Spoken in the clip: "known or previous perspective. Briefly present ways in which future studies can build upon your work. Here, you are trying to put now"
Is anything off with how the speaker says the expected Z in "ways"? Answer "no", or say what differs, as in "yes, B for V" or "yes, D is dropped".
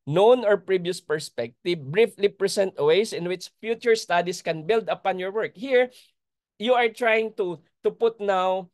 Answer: yes, S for Z